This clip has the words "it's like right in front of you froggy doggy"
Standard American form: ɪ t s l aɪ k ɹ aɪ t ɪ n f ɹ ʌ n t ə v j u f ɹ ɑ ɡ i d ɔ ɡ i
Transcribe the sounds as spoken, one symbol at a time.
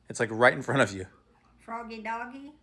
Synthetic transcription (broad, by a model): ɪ t s l aɪ k ɹ aɪ t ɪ n f ɹ ʌ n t ə v j u f ɹ ɑ ɡ i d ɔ ɡ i